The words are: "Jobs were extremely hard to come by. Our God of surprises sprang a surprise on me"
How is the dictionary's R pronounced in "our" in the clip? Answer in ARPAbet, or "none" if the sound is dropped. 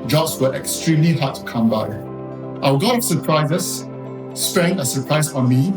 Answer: W